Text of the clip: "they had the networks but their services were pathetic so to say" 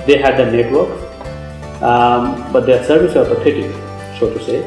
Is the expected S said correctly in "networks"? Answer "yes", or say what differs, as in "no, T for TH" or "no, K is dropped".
no, S is dropped